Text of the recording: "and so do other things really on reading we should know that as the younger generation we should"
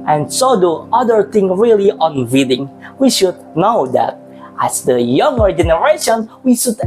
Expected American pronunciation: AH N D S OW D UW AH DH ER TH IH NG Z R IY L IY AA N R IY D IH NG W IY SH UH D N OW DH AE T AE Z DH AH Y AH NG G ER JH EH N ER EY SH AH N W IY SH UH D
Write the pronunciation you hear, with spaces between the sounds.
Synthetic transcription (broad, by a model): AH N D S OW D UW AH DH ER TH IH NG R IY L IY AA N W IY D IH NG W IY SH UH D N OW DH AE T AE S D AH Y AH NG G ER JH EH N ER EY SH AH N W IY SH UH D